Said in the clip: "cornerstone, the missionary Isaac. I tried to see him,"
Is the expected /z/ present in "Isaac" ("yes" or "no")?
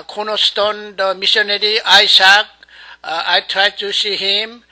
no